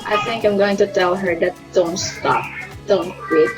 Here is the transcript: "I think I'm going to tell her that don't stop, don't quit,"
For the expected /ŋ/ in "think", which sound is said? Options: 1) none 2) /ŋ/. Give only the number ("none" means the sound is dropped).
2